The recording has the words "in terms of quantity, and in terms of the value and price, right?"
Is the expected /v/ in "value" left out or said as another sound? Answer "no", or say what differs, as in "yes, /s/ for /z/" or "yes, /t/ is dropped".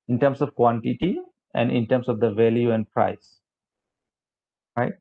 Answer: no